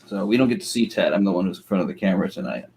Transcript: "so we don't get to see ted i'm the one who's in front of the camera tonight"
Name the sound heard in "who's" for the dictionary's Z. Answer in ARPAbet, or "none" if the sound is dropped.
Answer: Z